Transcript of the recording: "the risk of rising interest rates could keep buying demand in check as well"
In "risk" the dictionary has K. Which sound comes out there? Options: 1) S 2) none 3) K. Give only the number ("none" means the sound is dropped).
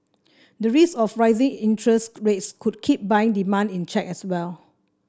2